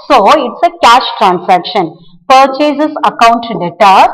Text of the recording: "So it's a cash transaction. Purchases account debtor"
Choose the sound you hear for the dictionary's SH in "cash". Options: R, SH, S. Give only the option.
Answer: SH